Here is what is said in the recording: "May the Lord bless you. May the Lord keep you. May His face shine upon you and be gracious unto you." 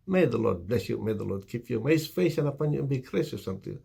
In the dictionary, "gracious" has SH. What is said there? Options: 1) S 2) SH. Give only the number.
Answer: 1